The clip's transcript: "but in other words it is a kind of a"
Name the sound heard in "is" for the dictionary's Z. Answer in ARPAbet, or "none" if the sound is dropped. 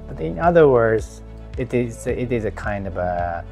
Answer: Z